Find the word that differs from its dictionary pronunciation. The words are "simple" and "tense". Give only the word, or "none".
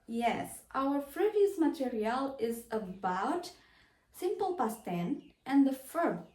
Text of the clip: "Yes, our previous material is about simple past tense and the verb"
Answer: tense